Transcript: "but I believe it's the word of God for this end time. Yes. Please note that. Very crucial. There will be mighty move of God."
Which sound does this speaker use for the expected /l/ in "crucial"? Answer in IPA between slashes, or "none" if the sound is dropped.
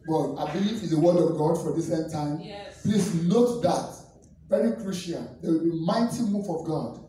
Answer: /n/